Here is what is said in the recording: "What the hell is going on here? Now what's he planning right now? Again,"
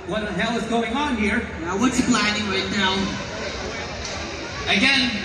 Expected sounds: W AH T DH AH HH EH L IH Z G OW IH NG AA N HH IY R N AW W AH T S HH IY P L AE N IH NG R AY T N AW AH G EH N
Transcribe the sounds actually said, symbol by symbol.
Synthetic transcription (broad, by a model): W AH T DH AH HH EH L IH Z G OW IH NG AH N HH IY R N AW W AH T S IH B L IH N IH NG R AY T N AW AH G EH N